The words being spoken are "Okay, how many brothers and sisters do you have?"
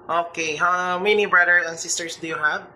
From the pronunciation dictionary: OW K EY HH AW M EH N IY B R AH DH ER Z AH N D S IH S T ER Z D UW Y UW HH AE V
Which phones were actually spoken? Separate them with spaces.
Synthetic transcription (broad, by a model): OW K EY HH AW M EH N IY B R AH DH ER S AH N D S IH S T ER S D UW Y UW HH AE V